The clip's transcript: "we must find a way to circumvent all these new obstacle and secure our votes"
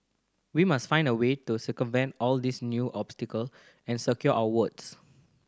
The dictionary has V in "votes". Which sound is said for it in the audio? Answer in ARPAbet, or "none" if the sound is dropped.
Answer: W